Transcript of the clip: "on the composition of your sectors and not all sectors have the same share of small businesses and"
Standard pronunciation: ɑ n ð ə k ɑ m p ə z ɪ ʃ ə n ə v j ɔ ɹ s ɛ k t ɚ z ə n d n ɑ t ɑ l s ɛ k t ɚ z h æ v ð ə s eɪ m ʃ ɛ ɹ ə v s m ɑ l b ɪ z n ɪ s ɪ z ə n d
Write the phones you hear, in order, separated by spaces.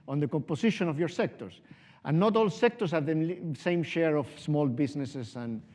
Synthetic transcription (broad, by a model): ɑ n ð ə k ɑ m p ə s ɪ ʃ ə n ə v j ɔ ɹ s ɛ k t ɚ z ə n n ɑ t ɑ l s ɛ k t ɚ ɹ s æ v ð ə s eɪ m ʃ ɛ ɹ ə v s m ɑ l b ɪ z n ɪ s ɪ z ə n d